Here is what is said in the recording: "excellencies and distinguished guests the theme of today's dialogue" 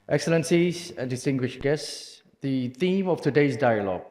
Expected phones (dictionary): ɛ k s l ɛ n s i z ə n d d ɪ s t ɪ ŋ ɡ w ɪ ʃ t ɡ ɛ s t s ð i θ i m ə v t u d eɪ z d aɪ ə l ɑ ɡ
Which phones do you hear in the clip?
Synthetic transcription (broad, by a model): ɛ k s l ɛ n s i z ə n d d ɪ s t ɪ ŋ ɡ w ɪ ʃ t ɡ ɛ s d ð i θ i m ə f t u d eɪ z d aɪ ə l ɑ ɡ